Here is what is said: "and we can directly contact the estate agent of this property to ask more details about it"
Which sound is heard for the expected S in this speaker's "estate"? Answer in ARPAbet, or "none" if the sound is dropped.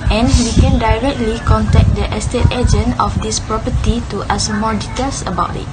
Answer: S